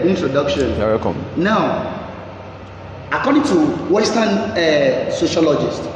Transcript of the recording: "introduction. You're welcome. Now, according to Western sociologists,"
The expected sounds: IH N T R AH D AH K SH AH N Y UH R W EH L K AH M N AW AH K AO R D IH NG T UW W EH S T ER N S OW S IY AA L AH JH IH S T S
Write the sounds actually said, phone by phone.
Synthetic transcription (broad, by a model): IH N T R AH D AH K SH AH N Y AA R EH K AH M N AW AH K AO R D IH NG T UW W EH S T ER N S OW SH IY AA L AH JH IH S T